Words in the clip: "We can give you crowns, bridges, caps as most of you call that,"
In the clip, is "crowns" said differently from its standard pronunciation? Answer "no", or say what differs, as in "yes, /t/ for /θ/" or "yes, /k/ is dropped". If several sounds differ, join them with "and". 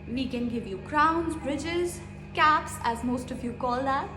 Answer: no